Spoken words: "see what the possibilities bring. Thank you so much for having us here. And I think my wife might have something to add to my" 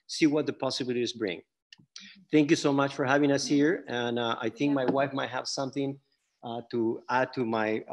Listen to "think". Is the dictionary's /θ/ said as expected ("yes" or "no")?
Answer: yes